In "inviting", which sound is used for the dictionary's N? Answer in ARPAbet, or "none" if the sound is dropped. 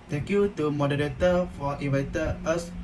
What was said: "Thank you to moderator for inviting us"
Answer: none